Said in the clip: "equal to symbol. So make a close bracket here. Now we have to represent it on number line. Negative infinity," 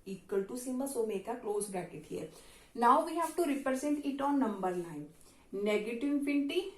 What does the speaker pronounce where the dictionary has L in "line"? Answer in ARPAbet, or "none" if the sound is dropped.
N